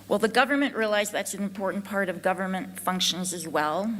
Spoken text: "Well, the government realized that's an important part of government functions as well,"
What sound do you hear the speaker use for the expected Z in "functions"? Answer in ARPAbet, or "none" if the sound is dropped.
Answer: Z